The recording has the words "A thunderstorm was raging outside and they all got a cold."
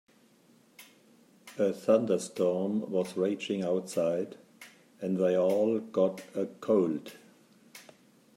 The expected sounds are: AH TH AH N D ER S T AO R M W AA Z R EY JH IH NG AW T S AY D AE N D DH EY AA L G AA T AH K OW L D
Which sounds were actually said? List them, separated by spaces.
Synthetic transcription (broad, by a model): AH TH AH N D ER S T AO R M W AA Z R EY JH IH NG AW T S AY D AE N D DH EY AA L G AA T AH K OW L D